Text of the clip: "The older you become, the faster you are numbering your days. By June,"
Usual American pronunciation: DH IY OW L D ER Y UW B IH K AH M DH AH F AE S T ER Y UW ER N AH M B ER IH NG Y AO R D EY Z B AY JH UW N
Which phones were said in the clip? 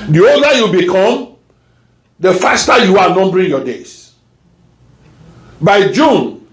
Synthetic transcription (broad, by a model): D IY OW D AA Y UW B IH K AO M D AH F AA S T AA Y UW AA N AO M B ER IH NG Y AO D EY S B AY JH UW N